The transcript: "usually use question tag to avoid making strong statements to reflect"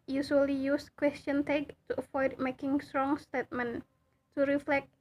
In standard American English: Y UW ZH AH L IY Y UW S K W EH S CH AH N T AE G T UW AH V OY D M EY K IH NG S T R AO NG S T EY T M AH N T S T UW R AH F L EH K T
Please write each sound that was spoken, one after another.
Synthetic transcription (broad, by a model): Y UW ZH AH L IY Y UW S K W EH S CH AH N T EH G T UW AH F OY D M EY K IH NG S T R AO NG S T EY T M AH N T T UW R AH F L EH K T